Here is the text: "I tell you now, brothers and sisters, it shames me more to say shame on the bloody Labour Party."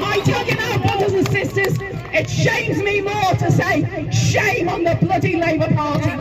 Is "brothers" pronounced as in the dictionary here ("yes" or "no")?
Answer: yes